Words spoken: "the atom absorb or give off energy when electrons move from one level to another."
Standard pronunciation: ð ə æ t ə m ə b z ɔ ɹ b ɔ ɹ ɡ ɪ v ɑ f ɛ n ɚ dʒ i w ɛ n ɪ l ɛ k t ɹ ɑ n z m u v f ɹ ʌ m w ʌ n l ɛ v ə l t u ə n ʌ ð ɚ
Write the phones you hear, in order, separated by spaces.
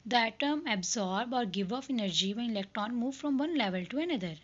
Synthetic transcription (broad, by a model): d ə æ t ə m ə b z ɔ ɹ b ɔ ɹ ɡ ɪ v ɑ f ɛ n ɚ dʒ i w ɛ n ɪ l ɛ k t ɑ n m u v f ɹ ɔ m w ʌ n l ɛ v ə l t u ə n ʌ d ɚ